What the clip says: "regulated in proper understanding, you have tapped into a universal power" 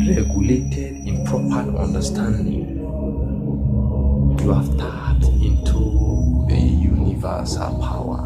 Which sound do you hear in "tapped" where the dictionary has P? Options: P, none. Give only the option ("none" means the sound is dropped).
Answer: none